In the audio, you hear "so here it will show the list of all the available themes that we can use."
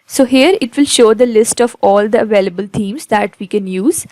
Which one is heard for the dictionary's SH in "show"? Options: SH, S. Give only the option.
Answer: SH